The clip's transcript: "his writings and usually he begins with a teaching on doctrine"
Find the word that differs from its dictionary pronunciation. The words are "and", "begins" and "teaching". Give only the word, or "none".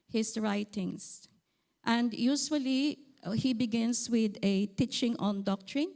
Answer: begins